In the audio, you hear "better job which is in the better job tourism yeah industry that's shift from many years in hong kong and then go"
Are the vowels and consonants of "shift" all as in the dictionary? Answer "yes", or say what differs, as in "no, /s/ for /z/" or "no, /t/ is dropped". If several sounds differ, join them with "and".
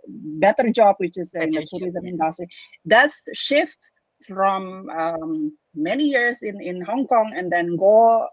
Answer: yes